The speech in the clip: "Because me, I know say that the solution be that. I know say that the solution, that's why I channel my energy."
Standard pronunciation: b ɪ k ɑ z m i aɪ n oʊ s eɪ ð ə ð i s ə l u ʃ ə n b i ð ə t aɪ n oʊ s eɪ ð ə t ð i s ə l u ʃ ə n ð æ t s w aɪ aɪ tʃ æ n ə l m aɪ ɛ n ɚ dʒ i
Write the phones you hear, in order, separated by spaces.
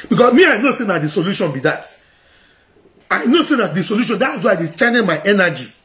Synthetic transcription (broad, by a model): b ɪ k ɑ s m i aɪ n oʊ s eɪ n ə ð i s ə l u ʃ ə n b i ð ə t aɪ n oʊ s eɪ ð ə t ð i s ə l u ʃ ə n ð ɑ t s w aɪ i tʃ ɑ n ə n m aɪ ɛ n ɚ dʒ i